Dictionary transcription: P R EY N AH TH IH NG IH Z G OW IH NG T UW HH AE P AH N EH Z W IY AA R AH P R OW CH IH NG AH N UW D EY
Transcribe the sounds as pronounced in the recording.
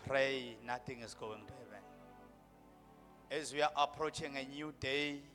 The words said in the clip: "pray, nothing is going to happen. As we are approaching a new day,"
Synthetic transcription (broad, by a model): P R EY N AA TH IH NG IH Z G OW IH NG T UW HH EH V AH N EH Z W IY AA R AH P R OW CH IH NG AH N UW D EY